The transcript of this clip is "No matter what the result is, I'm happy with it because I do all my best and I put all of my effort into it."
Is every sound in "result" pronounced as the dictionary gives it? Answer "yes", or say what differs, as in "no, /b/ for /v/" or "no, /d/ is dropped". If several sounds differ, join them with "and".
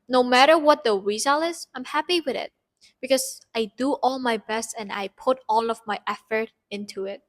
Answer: no, /t/ is dropped